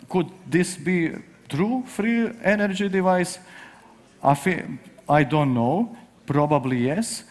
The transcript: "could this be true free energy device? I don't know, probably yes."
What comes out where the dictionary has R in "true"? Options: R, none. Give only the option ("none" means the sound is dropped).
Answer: R